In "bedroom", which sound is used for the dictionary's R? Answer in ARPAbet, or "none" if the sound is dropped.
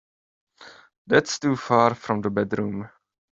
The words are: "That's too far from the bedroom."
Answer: R